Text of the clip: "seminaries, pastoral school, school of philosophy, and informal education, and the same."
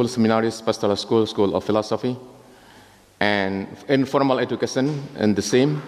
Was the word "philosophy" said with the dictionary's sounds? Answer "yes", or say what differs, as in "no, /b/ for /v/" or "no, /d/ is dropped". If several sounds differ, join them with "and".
yes